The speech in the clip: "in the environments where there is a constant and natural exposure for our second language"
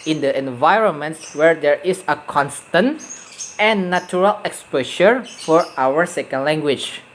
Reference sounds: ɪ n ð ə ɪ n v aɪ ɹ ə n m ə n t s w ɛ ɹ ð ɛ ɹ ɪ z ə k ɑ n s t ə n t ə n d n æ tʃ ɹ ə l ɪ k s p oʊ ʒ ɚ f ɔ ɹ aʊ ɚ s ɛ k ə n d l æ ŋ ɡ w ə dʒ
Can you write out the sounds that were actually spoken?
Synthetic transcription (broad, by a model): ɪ n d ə ɪ n v aɪ ɹ ə n m ə n t s w ɛ ɹ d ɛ ɹ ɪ s ə k ɑ n s t ə n t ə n n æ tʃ ɹ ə l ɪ k s p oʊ ʃ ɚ f ɔ ɹ aʊ ɚ s ɛ k ə n d l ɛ ŋ ɡ w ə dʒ